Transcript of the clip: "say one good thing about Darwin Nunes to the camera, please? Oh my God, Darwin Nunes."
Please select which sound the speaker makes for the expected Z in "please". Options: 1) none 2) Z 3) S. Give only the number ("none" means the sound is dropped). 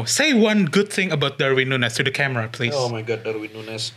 1